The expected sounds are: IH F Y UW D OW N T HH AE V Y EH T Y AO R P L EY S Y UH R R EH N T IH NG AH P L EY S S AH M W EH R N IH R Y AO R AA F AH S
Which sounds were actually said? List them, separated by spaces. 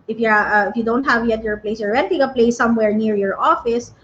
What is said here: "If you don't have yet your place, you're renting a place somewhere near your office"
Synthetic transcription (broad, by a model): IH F Y UW D OW N T HH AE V Y EH T Y AO R P L EY S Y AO R W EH N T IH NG AH P L EY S S AH M W EH R N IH R Y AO R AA F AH S